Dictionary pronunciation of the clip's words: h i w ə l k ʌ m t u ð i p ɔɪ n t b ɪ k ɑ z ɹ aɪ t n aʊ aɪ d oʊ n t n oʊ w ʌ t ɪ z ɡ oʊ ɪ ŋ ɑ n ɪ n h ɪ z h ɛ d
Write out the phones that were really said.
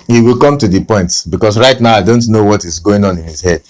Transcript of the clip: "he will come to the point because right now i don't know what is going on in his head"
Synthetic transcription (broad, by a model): h i w ə l k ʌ m t u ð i p ɔɪ n t b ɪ k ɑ s ɹ aɪ t n aʊ aɪ d oʊ n t n oʊ w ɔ t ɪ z ɡ oʊ ɪ ŋ ɑ n ɪ n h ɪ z h ɛ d